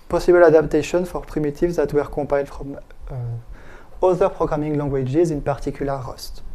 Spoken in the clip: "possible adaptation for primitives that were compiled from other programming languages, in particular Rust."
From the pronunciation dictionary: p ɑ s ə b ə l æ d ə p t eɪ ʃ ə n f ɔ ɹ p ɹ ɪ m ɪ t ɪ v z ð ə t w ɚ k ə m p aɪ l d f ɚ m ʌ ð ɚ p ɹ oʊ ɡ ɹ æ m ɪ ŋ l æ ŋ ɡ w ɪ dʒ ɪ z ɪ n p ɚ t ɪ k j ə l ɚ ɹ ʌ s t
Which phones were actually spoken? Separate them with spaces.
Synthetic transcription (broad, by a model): p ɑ s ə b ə l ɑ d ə p t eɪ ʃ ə n f ɔ ɹ p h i m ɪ t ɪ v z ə t w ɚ k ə p aɪ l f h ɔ m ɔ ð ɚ p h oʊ ɡ ɹ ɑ m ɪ ŋ l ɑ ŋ ɡ w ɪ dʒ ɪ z ɪ n p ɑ t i k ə l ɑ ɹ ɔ s t